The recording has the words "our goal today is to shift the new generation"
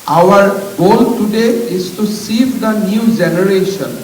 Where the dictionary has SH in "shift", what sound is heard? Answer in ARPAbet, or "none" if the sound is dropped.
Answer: S